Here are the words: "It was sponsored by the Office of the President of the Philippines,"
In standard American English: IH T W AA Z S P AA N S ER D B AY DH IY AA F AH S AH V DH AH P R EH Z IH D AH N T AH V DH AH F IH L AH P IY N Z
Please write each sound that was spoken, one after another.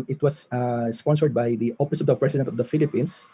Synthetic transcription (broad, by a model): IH T W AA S S P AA N S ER D B AY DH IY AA P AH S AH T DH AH P R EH S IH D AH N T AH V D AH F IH L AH P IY N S